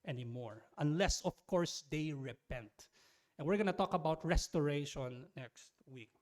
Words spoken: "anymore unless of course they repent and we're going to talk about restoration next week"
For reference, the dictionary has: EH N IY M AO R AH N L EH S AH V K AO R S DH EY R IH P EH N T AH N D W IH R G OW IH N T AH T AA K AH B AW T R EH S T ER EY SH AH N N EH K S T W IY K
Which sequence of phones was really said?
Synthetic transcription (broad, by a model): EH N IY M AO R AH N L EH S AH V K AO R S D EY R IH P EH N T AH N W IH R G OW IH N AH T AA K AH B AW T R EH S T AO EY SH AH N N EH K S T W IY K